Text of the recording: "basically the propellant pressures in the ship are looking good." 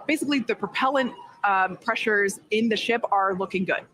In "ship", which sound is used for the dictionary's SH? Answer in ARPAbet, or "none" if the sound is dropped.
SH